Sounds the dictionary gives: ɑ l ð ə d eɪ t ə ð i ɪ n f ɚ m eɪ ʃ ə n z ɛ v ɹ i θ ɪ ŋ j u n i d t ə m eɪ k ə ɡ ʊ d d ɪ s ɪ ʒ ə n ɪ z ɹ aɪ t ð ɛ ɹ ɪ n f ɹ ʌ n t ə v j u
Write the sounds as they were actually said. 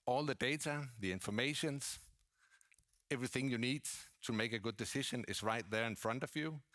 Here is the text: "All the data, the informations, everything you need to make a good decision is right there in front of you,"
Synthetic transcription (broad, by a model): ɑ l ð ə d eɪ t ə ð i ɪ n f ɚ m eɪ ʃ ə n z ɛ v ɹ i θ ɪ ŋ j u n i d t ə m eɪ k ə ɡ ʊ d d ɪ s ɪ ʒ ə n ɪ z ɹ aɪ t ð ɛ ɹ ɪ n f ɹ ʌ n t ə v j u